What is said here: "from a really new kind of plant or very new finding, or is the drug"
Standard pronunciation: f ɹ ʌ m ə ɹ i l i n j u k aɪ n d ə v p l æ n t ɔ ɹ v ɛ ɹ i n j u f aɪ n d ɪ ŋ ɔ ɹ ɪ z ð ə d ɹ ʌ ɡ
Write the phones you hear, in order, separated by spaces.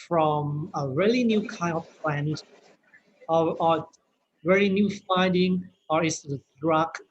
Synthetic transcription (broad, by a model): f ɹ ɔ m ə ɹ i l i n j u k aɪ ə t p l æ n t ɔ ɹ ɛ l i n j u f aɪ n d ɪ ŋ ɔ ɹ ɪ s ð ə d ɹ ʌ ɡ